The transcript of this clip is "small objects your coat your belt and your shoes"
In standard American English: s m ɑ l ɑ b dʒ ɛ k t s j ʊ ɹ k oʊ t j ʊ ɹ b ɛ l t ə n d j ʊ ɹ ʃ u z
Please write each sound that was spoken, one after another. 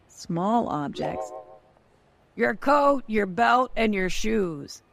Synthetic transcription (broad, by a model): s m ɑ l ɑ b dʒ ɛ k t s j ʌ ɹ k oʊ t j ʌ ɹ b ɛ l t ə n j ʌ ɹ ʃ u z